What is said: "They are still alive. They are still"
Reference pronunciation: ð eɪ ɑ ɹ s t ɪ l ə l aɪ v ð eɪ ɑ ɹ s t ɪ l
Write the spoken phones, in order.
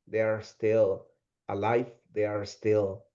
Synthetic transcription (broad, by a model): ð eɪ ɑ ɹ s t ɪ l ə l aɪ f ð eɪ ɑ ɹ s t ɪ l